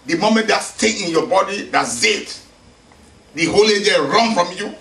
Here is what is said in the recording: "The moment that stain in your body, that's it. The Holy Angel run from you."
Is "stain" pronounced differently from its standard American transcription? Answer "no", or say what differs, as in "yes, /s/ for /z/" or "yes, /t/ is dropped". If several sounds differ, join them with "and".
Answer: yes, /n/ is dropped